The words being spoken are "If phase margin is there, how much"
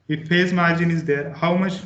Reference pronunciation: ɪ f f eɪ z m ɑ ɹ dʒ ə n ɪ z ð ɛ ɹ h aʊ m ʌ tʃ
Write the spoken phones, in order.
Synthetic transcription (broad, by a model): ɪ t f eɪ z m ɑ ɹ dʒ ə n ɪ z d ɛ ɹ h aʊ m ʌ tʃ